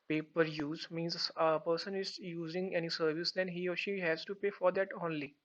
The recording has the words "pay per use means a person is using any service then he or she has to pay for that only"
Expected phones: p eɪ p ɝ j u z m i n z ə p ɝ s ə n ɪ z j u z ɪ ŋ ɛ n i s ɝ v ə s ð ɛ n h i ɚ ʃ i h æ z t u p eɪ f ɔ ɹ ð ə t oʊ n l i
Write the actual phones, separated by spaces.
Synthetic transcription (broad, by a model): p eɪ p ɝ j u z m i n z ə p ɝ s ə n ɪ z j u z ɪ ŋ ɛ n i s ɝ v ə s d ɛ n h i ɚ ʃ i h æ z t u p eɪ f ɔ ɹ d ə t oʊ n l i